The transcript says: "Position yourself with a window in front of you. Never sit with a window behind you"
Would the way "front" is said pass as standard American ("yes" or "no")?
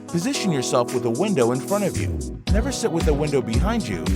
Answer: no